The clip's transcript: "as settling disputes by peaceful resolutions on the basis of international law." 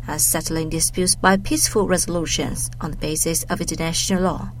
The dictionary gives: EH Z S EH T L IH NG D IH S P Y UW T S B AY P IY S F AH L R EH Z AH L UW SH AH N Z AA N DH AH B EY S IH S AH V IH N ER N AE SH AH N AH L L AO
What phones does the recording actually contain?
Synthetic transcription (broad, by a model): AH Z S EH T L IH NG D IH S P Y UW T S B AY P IY S F AH L R EH Z AH L UW SH AH N Z N DH AH B EY S IH S AH V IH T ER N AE SH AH N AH L L AO